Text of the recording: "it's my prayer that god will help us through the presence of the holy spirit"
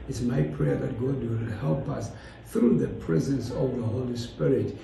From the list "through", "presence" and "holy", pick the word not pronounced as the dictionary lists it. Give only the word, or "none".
none